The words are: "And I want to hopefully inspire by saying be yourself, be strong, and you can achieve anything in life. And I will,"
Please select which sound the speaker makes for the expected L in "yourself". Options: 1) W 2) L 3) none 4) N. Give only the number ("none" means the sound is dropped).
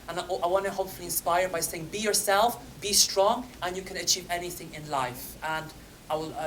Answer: 2